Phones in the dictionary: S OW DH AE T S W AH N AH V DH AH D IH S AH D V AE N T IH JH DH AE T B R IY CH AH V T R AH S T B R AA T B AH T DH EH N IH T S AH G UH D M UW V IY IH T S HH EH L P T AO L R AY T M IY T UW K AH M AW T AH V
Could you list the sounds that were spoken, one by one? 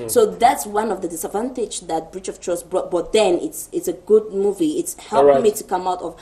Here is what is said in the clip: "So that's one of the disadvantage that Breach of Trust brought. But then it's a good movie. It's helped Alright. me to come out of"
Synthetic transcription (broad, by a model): S OW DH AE T S W AH N AH V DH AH D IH S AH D V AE N T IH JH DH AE T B R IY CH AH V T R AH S B R AA T B AH T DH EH N IH T S AH G UH D M UW V IY IH T S HH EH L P IH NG M IY T UW K AH M AW T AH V